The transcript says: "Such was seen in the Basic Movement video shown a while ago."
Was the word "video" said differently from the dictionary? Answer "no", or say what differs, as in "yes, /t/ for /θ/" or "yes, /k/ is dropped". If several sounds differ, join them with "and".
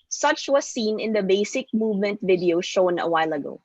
no